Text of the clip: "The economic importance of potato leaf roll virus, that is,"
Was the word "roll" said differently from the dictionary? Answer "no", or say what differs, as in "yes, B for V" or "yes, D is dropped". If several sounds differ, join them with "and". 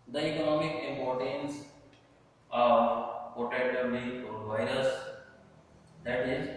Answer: yes, N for L